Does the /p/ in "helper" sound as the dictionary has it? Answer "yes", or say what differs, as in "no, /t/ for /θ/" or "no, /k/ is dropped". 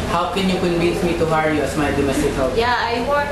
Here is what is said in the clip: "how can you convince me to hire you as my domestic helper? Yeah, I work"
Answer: no, /p/ is dropped